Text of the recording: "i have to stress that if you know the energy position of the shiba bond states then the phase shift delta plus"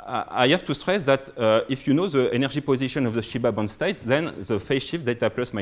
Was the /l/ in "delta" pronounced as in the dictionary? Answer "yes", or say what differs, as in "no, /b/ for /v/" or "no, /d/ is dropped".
no, /l/ is dropped